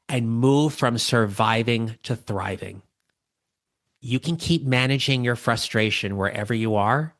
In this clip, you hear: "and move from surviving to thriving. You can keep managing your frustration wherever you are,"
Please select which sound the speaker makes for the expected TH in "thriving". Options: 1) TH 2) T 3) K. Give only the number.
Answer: 1